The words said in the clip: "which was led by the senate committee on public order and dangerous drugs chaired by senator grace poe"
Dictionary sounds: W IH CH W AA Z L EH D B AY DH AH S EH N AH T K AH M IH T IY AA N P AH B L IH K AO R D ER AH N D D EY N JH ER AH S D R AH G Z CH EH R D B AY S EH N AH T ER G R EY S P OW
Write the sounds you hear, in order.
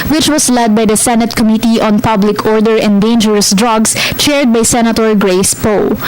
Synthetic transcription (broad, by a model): W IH CH W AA S L EH D B AY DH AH S EH N AH T K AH M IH T IY AA N P AH B L IH K AO R D ER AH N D D EY N JH ER AH S D R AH G S CH EH R D B AY S EH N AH T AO G R EY S P OW